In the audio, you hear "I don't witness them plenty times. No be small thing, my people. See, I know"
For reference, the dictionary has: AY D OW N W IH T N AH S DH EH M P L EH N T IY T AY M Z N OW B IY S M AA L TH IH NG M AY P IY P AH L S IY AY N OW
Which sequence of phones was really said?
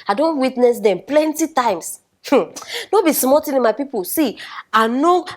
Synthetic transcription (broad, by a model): AY D OW N W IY T N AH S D EH M P L EH N T IY T AY M S N OW B IY S M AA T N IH M AY P IY P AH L S IY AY N OW